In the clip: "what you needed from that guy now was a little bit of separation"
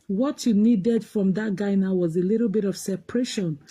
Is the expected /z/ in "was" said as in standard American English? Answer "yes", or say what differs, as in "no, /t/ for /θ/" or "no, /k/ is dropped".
yes